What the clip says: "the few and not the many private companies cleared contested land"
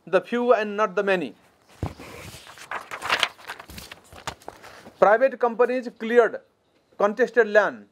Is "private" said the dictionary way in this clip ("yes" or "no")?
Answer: no